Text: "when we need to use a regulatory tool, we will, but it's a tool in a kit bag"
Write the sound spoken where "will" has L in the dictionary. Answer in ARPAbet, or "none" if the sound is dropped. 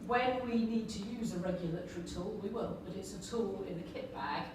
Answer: N